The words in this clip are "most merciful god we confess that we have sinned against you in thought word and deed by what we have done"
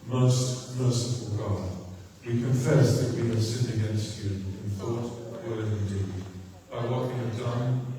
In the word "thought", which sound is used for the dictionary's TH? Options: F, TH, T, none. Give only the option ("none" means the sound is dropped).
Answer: TH